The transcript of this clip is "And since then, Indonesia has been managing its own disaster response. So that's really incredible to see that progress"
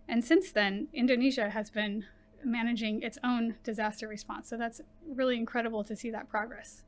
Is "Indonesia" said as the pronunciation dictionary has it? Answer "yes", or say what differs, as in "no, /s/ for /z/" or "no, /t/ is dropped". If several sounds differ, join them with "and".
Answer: yes